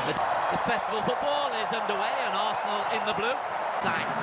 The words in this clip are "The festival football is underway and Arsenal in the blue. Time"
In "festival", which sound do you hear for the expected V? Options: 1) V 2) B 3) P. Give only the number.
1